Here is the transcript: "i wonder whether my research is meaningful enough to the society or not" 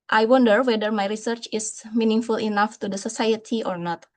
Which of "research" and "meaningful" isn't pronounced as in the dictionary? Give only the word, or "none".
none